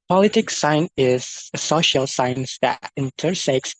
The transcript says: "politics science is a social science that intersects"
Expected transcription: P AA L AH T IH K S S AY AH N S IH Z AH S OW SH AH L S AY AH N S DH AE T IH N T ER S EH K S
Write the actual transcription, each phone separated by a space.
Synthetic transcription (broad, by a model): P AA L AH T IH K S S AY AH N IH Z AH S OW SH AH L S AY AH N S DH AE T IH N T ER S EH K S